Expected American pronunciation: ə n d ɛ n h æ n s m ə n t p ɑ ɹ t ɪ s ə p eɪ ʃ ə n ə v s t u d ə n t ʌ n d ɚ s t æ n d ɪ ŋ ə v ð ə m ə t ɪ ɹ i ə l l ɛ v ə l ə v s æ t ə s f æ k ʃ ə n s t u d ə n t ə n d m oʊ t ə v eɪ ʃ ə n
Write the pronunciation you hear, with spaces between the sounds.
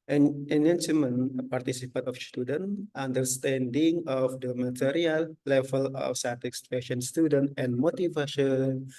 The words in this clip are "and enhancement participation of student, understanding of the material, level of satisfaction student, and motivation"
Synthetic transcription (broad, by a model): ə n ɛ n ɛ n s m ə n p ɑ ɹ t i s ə p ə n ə f s t u d ə n t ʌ n d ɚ s t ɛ n d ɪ ŋ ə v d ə m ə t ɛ ɹ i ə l l ɛ v ə l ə f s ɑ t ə s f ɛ ʃ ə n s t u d ə n t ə n m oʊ t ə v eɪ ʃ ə n